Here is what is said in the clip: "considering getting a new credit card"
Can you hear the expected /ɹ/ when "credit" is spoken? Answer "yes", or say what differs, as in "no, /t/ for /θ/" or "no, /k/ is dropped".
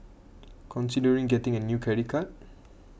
no, /ɹ/ is dropped